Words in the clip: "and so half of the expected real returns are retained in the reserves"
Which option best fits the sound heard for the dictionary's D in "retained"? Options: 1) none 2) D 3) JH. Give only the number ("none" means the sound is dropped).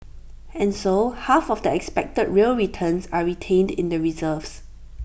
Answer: 2